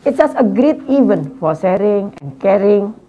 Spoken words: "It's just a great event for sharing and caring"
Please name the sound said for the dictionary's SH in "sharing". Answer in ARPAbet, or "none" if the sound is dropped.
S